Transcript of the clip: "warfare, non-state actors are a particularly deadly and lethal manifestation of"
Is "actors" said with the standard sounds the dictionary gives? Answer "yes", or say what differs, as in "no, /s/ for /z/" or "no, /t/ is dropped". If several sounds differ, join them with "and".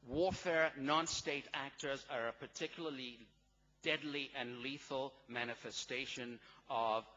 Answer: yes